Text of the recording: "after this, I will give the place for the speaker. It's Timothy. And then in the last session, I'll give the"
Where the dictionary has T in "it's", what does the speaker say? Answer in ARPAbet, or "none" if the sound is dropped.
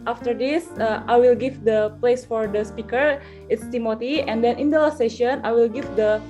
T